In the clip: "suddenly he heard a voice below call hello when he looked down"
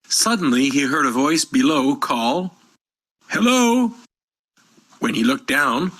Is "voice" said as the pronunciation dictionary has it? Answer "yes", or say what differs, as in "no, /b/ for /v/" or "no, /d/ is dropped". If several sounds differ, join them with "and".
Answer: yes